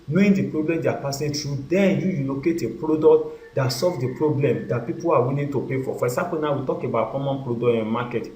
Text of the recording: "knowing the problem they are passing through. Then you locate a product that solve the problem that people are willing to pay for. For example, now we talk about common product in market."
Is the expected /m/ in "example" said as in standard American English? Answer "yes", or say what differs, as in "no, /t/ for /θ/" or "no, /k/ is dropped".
no, /m/ is dropped